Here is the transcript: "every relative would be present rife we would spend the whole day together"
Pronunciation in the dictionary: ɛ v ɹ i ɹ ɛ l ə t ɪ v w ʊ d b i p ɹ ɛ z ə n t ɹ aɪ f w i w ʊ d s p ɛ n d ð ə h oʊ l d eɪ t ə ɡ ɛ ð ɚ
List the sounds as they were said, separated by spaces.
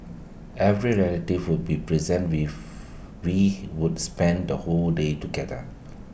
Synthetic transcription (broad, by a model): ɛ v ɹ i ɹ ɛ l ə t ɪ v w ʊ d b i p ɹ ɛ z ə n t w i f w i w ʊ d s p ɛ n d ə h oʊ l d eɪ t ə ɡ ɛ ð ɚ